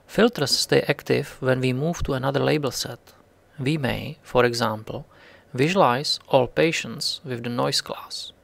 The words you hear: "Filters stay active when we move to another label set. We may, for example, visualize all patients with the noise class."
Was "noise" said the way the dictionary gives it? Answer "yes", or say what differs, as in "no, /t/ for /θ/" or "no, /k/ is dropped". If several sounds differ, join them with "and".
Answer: no, /s/ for /z/